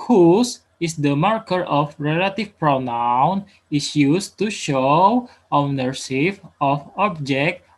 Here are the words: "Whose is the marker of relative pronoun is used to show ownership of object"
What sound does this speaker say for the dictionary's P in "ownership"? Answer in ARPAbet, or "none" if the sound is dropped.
F